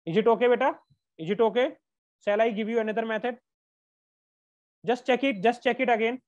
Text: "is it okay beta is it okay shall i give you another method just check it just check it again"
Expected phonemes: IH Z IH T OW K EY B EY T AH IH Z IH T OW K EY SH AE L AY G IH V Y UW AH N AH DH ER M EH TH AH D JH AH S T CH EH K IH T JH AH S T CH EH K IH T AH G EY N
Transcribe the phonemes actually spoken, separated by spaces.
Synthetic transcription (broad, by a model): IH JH IH T OW K EY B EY T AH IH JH IH T OW K EY S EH L AY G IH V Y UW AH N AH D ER M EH T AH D JH AH S T CH EH K IH T JH AH S T CH EH K IH T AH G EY N